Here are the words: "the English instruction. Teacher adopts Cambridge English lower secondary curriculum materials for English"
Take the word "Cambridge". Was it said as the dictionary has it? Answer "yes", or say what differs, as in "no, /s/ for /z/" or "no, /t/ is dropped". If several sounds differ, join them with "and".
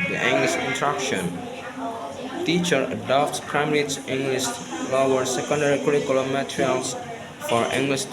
no, /b/ is dropped